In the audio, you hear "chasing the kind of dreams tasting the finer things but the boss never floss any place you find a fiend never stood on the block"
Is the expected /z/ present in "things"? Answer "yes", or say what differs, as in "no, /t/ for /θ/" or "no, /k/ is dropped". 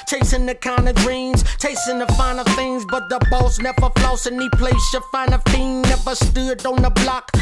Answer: yes